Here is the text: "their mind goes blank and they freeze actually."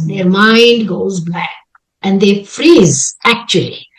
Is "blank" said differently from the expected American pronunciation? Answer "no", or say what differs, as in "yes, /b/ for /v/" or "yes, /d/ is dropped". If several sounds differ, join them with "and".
yes, /l/ is dropped and /ŋ/ is dropped